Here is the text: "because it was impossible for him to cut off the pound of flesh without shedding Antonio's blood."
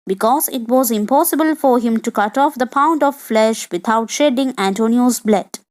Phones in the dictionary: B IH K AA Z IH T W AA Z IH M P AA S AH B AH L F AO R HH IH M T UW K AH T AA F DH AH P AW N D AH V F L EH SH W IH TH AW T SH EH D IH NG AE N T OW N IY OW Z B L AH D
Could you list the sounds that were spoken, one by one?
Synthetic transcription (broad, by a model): B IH K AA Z IH T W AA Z IH M P AA S AH B AH L F AO R HH IH M T UW K AH T AA F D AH P AW N D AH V F L EH SH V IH T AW T SH EH D IH NG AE N T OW N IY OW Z B L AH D